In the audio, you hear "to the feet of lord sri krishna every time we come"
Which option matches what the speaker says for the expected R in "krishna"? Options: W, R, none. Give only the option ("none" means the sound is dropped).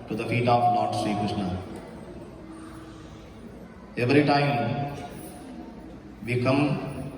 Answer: none